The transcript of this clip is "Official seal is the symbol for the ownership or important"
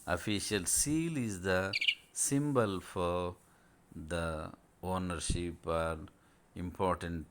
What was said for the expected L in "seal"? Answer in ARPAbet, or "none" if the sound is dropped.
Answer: L